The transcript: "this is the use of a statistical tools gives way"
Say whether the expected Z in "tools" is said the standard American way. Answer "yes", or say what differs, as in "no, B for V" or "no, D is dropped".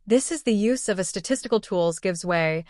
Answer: yes